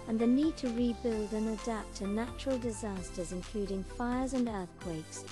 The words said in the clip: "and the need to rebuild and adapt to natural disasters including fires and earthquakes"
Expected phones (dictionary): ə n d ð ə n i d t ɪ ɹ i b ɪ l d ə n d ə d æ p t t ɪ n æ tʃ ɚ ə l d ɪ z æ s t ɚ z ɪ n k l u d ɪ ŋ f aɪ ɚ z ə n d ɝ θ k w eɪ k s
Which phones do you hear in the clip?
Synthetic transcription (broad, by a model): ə n ð ə n i d t ɪ ɹ i b ɪ l d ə n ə d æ p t t ɪ n æ tʃ ɚ ə l d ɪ z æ s t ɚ z ɪ n k l u d ɪ ŋ f aɪ ɚ z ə n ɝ θ k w eɪ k s